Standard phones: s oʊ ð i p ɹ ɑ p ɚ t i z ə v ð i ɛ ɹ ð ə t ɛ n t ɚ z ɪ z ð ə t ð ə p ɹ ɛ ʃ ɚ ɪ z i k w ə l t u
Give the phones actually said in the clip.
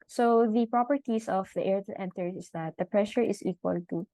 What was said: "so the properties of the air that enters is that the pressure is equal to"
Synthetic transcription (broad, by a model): s oʊ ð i p ɹ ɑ p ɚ t i s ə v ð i ɛ ɹ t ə t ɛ n t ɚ ɪ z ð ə t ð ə p ɹ ɛ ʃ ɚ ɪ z i k w ə l t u